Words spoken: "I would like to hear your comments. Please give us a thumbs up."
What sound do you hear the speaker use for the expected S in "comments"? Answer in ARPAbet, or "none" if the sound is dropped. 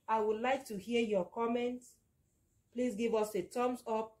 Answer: none